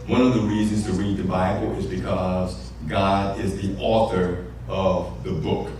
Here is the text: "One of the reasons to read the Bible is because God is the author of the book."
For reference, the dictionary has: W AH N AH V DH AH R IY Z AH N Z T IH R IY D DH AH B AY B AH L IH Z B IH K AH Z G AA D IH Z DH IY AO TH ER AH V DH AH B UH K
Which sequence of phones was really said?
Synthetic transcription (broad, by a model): W AH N AH V DH AH R IY Z AH N Z T IH R IY D DH AH B AY B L IH Z B IH K AH Z G AA D IH Z DH IY AO TH ER AH V DH AH B UH K